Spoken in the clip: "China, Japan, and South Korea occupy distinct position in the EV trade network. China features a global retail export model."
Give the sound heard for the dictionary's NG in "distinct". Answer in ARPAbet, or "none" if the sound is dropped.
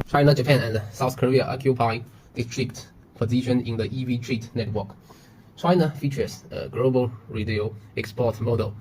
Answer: none